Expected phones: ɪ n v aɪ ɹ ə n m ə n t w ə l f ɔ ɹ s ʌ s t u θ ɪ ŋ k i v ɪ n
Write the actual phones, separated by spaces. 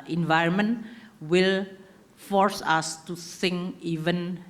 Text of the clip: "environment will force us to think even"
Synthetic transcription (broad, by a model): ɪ n v aɪ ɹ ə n m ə n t w ə l f ɔ ɹ s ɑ s t u s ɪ ŋ i v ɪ n